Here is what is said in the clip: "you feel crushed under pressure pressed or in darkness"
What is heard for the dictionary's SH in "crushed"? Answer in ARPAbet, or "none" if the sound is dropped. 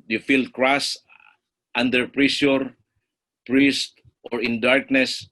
S